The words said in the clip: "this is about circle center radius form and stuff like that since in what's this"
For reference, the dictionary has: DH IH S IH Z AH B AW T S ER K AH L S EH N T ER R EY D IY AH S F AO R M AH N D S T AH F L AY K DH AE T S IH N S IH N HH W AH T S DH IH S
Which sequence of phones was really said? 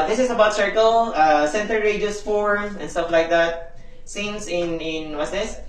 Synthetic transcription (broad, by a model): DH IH S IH S AH B AW T S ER K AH L S EH N T ER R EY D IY S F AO R AH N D S T AH F L AY K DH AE T S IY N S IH N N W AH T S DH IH S